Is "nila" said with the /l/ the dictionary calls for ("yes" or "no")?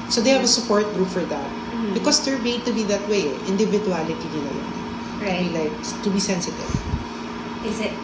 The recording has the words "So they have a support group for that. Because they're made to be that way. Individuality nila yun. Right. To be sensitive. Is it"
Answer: no